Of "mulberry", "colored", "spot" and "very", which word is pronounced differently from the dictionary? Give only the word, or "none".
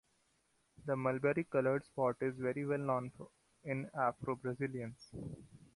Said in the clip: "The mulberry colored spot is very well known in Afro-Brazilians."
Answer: none